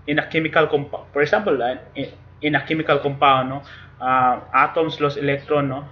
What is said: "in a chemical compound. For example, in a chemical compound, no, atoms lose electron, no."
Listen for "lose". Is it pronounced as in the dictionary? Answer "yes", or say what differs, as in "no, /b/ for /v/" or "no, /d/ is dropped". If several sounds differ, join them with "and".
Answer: no, /s/ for /z/